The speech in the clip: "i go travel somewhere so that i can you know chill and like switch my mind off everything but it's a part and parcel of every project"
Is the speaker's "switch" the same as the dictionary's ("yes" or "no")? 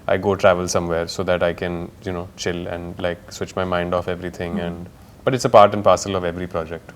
yes